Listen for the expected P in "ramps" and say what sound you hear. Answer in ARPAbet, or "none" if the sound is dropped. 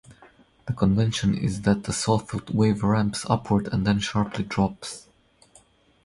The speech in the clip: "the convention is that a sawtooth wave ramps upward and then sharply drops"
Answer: P